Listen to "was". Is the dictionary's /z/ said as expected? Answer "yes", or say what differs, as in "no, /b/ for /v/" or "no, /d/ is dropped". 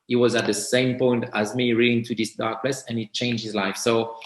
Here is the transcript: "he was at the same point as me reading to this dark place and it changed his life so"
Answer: yes